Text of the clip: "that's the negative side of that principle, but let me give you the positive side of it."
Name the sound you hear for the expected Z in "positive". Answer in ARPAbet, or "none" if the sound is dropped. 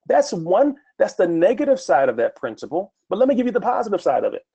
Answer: Z